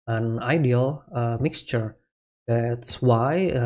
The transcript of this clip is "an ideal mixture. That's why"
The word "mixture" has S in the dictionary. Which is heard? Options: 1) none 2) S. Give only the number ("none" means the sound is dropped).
2